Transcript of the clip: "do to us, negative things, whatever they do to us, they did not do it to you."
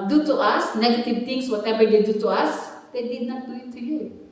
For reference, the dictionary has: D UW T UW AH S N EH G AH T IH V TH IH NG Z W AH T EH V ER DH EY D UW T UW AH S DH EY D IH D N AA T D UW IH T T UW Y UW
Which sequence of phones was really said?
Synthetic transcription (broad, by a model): D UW T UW AH S N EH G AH T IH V T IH NG S W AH T EH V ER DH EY D UW T UW AH S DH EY D IH D N AA T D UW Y T UW Y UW